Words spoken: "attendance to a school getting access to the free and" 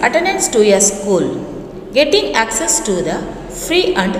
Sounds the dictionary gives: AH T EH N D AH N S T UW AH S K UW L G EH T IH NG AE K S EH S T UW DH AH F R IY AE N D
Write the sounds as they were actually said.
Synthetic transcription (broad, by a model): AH T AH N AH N S T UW AH S K UW L G EH T IH NG AE K S EH S T UW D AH F R IY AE N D